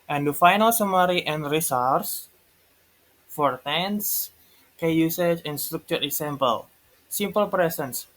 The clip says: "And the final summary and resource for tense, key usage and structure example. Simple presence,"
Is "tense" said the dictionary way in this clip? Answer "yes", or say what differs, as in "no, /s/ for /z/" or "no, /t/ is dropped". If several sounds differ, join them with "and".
yes